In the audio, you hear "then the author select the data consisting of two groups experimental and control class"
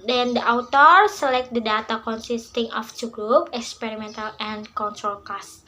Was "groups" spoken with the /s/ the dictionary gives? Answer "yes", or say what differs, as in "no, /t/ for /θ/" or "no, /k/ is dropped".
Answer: no, /s/ is dropped